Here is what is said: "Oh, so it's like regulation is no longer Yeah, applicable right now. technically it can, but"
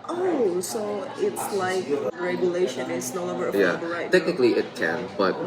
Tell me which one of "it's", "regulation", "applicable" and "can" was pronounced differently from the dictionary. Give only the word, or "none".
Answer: applicable